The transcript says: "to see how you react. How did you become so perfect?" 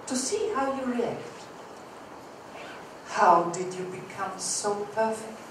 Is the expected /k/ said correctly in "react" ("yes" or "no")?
yes